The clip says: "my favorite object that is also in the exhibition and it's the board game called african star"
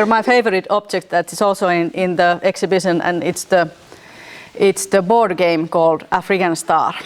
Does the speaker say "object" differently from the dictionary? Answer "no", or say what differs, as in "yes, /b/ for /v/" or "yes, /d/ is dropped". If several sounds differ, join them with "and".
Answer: no